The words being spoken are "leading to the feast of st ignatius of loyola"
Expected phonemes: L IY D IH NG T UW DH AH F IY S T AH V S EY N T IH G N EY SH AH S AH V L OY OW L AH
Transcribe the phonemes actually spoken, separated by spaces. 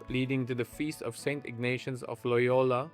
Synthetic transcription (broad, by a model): L IY D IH NG T UW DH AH F IY S T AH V S EY N T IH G N EY SH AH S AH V L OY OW L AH